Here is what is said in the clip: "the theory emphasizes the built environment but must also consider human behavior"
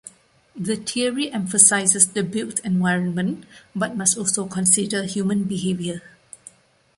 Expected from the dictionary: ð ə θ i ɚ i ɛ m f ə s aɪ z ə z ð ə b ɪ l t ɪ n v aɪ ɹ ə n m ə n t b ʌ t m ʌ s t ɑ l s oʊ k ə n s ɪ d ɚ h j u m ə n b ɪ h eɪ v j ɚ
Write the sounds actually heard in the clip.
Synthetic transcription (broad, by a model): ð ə t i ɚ i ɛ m f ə s aɪ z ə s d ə b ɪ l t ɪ n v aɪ ɹ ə n m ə n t b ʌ t m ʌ s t ɑ l s oʊ k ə n s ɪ d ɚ h j u m ə n b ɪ h eɪ v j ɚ